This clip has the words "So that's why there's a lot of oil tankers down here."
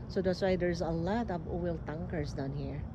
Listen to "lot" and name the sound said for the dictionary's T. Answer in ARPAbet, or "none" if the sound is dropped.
T